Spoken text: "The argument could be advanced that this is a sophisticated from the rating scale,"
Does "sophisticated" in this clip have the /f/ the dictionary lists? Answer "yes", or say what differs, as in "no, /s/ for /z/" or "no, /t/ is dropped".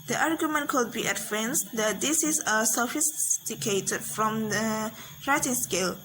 yes